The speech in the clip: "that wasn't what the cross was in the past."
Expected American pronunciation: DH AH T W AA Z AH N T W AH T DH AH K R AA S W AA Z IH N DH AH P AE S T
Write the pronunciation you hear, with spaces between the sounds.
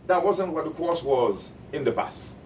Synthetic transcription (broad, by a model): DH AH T W AA Z AH N T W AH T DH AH K AA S W AA Z IH N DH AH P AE S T